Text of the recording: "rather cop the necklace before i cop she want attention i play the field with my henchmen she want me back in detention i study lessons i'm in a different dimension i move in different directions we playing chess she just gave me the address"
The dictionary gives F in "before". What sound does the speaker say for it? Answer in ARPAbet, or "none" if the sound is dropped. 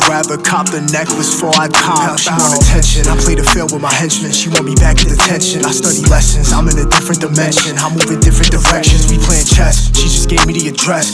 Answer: none